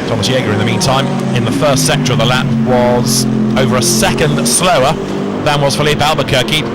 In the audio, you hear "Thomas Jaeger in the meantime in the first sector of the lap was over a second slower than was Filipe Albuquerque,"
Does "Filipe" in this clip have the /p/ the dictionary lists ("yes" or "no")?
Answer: yes